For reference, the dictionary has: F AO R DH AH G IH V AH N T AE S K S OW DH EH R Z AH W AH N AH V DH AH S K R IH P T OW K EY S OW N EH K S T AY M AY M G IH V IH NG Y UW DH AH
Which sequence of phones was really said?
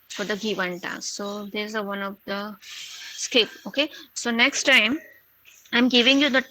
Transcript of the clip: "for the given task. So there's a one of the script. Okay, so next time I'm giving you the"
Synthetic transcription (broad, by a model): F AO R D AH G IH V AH N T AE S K S OW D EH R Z AH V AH N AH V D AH S K IH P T OW K EY S OW N EH K S T AY M AY M G IH V IH NG Y UW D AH